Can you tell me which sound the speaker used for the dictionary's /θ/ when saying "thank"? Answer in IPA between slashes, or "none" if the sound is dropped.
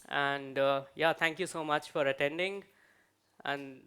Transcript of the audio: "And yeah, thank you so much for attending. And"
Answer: /t/